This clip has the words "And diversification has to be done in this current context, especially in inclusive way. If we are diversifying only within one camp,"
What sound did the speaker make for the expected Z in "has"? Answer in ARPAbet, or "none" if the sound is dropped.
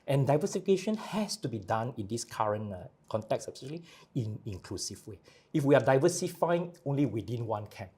S